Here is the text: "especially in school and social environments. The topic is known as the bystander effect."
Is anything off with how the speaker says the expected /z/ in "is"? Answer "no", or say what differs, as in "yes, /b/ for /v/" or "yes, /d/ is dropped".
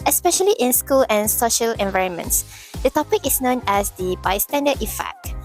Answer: yes, /s/ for /z/